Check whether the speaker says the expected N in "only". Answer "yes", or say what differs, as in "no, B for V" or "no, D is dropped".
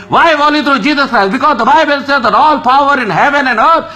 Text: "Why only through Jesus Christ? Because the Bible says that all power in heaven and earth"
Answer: no, N is dropped